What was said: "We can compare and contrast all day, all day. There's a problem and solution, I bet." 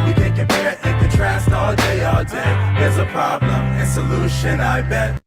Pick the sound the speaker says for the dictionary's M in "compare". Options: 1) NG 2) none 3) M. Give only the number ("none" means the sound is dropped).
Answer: 2